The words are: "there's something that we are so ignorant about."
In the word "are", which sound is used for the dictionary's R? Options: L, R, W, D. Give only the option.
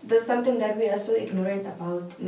L